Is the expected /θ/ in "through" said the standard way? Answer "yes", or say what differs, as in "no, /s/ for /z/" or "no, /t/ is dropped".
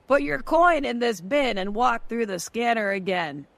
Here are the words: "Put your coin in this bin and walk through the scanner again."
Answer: yes